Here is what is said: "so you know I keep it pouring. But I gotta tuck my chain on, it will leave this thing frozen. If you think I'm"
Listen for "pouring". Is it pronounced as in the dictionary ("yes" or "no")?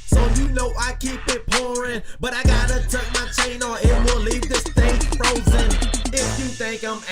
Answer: yes